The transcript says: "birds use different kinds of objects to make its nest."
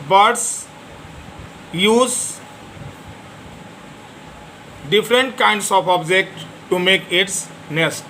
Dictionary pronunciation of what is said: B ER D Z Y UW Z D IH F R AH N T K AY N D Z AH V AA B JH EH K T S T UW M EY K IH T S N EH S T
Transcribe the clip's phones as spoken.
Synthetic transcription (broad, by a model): B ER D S Y UW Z D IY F R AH N T K AY N D S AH P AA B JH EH K T T UW M EY K IH T S N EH S T